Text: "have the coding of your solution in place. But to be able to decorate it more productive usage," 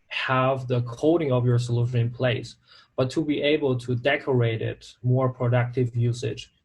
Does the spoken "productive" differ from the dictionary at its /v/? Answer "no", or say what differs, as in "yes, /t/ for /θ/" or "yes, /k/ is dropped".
no